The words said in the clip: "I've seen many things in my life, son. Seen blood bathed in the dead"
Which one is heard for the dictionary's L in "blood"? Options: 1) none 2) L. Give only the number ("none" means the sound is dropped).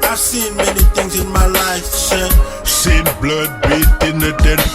2